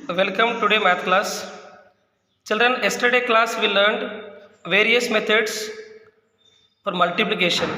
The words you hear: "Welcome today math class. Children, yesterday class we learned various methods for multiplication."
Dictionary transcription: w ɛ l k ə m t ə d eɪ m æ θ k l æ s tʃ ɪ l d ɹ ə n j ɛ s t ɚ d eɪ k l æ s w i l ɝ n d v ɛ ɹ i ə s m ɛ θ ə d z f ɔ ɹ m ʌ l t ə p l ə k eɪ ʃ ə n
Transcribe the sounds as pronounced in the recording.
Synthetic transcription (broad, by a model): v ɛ l k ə m t ə d eɪ m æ t k l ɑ s tʃ ɪ l d ɹ ə n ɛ s t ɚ d eɪ k l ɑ s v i l ɝ n d v ɛ ɹ i ə s m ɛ t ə d s f ɔ ɹ m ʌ l t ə p l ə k eɪ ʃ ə n